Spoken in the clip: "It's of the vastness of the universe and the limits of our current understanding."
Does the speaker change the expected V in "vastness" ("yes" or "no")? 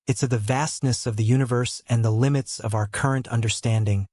no